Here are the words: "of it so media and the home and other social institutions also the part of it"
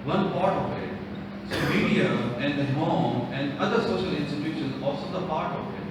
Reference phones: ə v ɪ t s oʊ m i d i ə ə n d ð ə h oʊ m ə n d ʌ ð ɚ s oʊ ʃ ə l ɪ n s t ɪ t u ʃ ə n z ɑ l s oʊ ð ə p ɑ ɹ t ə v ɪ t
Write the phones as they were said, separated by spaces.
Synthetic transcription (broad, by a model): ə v ɪ t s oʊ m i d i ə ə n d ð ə h oʊ m ə n d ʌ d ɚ s oʊ ʃ ə l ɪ n s t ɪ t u ʃ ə n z ɑ l s oʊ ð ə p ɑ ɹ t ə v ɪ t